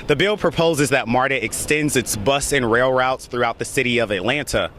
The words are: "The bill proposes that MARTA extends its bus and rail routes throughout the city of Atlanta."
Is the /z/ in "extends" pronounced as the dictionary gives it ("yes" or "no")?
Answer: yes